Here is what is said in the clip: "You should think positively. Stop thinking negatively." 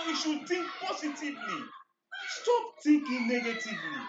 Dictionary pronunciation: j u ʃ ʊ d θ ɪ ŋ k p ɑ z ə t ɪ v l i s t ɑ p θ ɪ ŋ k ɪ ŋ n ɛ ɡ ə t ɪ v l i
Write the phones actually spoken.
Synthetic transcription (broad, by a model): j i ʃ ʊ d t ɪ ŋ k p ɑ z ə t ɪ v l i s t ɑ p t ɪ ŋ k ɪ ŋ n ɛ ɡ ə t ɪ v l i